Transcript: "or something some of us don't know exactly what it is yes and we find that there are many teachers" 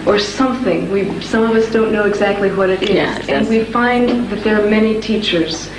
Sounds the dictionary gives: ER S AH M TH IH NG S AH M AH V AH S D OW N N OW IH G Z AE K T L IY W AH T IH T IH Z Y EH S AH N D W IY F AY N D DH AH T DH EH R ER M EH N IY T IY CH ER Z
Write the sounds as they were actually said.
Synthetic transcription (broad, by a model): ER S AH M TH IH NG S AH M AH V AH S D OW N N OW IH G Z AE K T L IY W AH T IH T IH Z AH N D W IY F AY N DH AH T DH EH R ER M EH N IY T IY CH ER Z